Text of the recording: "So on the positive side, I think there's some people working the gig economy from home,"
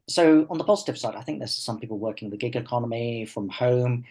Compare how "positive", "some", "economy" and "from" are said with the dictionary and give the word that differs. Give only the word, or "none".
none